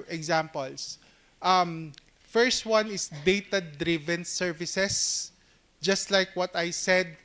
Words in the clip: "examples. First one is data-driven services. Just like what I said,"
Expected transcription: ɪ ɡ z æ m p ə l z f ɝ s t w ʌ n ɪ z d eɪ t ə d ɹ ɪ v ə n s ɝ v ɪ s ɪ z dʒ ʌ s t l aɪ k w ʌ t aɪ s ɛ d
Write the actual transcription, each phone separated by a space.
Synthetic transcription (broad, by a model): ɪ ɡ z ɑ m p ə l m f ɝ s t w ʌ n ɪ s d eɪ t ə d ɹ ɪ v ə n s ɝ v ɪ s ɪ s dʒ ʌ s t l aɪ k w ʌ t aɪ s ɛ d